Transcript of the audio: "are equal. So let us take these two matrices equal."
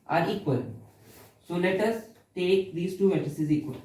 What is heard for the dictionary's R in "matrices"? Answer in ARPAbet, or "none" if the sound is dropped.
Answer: none